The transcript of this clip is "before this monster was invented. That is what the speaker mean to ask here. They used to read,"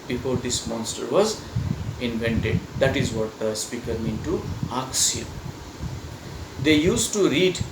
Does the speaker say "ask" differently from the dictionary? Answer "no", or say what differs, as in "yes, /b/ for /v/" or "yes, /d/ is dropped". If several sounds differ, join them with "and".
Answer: yes, /s/ is dropped